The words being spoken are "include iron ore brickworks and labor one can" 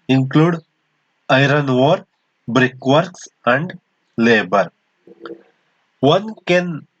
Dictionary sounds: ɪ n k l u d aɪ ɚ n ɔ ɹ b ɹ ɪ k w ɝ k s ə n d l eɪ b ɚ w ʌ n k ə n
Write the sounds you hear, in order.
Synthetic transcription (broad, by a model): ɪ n k l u d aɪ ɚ n ɔ ɹ b ɹ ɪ k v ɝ k s ə n d l eɪ b ɚ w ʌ n k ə n